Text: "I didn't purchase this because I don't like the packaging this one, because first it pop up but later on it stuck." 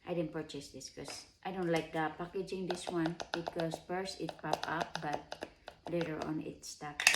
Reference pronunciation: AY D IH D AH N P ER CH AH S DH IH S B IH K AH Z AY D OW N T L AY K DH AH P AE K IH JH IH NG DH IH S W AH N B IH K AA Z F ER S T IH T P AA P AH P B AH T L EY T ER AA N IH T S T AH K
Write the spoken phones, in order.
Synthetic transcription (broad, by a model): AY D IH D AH N P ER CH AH S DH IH S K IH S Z AY D OW N T L AY K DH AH P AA K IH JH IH NG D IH S W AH N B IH K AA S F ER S IH T P AA P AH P B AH T L EY T ER AA N IH T S T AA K